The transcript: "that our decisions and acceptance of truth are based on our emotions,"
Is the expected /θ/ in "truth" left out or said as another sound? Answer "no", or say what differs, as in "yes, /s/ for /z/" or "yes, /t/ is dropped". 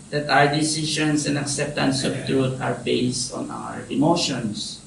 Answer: yes, /t/ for /θ/